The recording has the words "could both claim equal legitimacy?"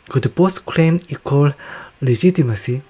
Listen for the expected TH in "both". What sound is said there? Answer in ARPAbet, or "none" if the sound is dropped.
S